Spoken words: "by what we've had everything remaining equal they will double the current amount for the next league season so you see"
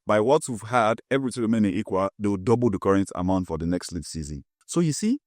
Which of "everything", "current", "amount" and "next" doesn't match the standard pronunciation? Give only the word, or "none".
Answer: everything